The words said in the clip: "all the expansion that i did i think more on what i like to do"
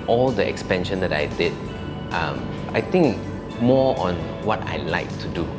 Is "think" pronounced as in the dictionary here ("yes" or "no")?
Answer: no